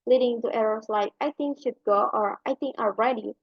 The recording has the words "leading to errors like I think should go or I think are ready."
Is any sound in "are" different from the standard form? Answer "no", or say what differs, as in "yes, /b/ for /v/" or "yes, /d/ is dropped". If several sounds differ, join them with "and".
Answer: yes, /l/ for /ɹ/